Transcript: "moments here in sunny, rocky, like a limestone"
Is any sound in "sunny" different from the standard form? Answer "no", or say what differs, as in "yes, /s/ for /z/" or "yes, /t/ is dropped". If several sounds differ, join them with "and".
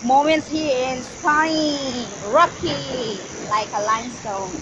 yes, /n/ is dropped